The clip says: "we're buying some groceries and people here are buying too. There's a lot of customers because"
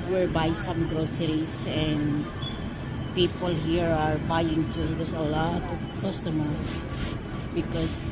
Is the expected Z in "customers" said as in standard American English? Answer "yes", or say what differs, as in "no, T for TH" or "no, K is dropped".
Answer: no, Z is dropped